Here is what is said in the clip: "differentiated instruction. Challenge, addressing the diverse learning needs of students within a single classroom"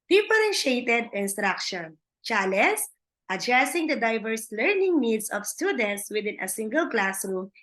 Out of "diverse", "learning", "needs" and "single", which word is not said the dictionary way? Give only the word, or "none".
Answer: needs